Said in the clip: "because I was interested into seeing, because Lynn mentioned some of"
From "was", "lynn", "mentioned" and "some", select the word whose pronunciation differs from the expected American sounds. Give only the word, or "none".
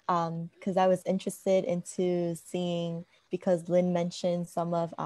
none